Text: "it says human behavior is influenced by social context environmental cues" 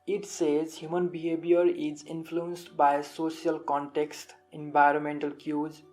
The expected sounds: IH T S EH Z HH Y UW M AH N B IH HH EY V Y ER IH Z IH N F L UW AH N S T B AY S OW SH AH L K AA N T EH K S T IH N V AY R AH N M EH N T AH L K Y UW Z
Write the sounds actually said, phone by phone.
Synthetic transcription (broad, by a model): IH T S EH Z HH Y UW M AH N B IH HH EY B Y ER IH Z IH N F L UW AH N S T B AY S OW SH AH L K AA N T EH K S T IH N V AY R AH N M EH N T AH L K Y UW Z